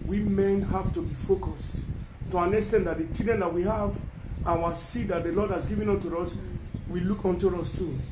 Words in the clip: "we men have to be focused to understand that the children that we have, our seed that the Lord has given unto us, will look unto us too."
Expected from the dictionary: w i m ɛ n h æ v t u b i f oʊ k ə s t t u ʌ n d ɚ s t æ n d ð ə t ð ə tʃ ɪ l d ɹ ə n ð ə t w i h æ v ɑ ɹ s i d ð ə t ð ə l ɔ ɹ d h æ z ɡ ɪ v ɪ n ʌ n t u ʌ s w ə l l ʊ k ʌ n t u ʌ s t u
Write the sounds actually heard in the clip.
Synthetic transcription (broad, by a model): w i m ɛ n h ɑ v t u b i f oʊ k ə s t t u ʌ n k s t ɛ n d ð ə t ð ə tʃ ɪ d ə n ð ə t w i h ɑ v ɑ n s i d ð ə t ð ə l ɔ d h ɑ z ɡ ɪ v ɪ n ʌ n t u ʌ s w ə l l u k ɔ n t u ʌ s t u